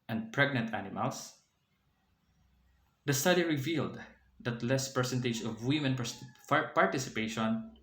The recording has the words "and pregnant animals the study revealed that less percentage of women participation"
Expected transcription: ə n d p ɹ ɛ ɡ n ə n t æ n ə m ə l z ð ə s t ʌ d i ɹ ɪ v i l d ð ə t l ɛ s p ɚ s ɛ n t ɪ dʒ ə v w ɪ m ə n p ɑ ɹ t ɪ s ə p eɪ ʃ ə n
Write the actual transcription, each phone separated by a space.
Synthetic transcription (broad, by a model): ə n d p ɹ ɛ ɡ n ə n t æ n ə m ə l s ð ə s t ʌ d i ɹ ɪ v i l d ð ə t l ɛ s p ɚ s ɛ n t ɪ dʒ ə v w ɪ m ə n p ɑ ɹ t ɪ s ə p eɪ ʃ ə n